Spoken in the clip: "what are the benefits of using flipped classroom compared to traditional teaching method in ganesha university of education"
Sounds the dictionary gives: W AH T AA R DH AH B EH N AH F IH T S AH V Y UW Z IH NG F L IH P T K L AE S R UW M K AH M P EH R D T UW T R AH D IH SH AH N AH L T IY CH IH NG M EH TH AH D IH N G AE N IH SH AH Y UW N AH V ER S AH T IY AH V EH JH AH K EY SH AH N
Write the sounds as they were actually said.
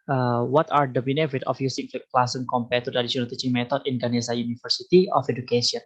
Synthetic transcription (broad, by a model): W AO T AA R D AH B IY N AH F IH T AH F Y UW S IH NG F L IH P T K L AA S AH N K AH M P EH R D T UW T R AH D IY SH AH N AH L T IY CH IH NG M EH T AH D IH N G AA N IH S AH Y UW N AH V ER S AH T IY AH F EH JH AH K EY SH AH N